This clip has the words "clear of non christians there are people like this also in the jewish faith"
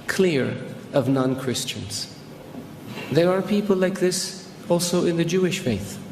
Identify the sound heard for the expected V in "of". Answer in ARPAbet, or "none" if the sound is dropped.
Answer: V